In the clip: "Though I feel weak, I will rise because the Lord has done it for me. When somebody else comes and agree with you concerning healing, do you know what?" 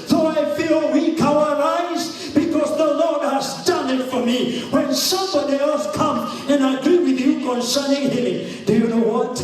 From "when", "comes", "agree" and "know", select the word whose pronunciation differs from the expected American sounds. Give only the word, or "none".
comes